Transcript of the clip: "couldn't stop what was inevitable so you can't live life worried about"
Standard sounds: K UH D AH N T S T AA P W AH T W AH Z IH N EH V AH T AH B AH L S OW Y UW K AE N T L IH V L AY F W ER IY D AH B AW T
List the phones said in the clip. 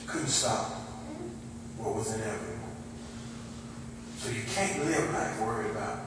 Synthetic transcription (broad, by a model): K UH D N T S T AA P W AH T W AH Z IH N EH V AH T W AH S OW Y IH K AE N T L IH V N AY W ER IY AH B AW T